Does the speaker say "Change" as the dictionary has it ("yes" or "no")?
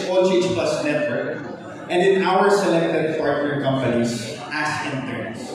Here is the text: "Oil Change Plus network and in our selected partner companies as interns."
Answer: no